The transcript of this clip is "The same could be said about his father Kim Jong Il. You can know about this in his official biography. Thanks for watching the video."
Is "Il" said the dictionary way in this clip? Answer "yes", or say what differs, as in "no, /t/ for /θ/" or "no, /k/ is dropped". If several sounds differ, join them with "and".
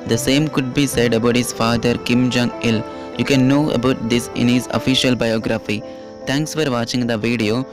yes